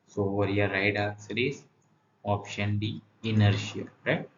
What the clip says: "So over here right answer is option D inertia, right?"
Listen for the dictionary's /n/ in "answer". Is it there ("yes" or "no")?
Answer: no